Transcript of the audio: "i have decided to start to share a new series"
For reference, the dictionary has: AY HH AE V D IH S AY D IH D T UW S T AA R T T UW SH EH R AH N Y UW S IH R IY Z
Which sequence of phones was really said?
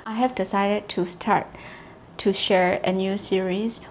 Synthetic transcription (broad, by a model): AY HH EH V D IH S AY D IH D T UW S T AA R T T UW SH EH R AH N Y UW S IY R IY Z